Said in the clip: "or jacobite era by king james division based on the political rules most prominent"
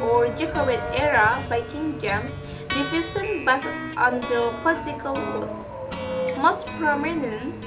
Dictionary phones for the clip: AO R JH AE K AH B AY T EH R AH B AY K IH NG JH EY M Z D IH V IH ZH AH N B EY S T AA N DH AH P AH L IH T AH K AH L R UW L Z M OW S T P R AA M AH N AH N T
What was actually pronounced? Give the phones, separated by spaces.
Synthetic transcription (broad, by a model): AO R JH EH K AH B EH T EH R AH B AY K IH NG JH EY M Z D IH F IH S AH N B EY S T AA N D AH P AH L IH T AH K AH L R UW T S M OW S T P R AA M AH N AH N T